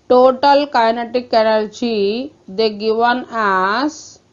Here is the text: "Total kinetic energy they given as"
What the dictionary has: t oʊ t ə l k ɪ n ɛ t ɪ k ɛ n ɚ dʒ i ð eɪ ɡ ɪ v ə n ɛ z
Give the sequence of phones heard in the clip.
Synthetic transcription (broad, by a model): t oʊ t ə l k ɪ n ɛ t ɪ k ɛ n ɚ tʃ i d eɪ ɡ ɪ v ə n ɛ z